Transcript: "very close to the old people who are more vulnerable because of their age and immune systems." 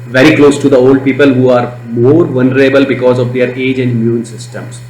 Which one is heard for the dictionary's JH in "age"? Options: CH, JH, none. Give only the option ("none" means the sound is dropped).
JH